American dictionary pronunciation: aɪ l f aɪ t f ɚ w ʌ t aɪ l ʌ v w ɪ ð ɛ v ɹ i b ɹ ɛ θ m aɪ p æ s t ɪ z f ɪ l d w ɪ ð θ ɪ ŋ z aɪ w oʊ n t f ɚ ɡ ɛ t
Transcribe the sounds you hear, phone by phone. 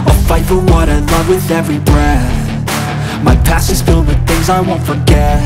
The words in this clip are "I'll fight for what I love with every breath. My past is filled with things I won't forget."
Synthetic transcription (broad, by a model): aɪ f aɪ t f ɚ w ʌ t aɪ l ʌ v w ɪ ð ɛ v ɹ i b ɹ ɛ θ m aɪ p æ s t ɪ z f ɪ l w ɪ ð θ ɪ ŋ z aɪ w oʊ n t f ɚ ɡ ɛ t